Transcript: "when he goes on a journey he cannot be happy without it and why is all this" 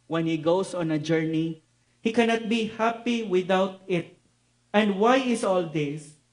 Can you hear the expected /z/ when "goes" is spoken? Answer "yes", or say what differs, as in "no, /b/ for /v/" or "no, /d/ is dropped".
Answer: no, /s/ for /z/